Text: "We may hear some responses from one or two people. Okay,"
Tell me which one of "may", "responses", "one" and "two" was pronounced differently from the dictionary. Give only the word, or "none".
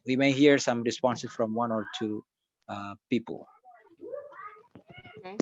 responses